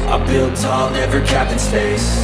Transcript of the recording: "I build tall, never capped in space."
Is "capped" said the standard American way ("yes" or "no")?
no